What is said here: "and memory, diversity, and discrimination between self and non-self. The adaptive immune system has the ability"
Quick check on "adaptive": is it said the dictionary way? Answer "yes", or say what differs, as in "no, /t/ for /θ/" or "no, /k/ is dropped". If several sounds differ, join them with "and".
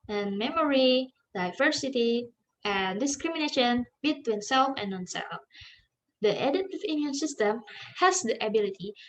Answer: no, /p/ is dropped